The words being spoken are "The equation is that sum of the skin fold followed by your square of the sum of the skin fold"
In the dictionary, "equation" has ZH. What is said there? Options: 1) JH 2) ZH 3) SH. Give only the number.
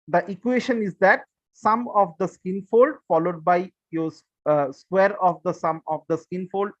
3